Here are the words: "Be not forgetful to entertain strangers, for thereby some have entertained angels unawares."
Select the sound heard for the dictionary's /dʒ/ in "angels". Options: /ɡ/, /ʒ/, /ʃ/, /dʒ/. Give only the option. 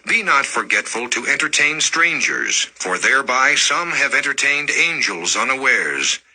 /dʒ/